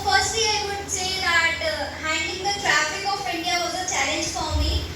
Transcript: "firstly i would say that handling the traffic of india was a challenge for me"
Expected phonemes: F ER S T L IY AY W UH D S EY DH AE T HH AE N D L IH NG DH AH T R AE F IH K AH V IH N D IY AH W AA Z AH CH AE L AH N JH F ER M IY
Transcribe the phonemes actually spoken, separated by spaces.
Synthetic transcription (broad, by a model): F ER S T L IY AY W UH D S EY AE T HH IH N D IH NG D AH T R AE F IH K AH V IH N D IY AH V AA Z AH CH AE L AH N JH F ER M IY